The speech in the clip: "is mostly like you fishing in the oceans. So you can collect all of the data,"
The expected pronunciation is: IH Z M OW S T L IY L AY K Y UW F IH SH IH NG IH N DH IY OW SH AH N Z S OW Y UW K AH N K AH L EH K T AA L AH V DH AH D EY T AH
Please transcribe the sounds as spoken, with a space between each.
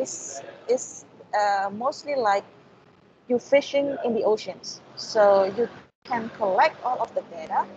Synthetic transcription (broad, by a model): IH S M OW S T L IY L AY K Y UW F IH SH IH NG IH N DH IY OW SH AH N S OW Y UW K AH N K AH L EH K T AA L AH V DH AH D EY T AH